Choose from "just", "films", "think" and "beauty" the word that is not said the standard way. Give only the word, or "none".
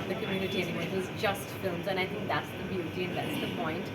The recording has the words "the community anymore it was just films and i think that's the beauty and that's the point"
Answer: none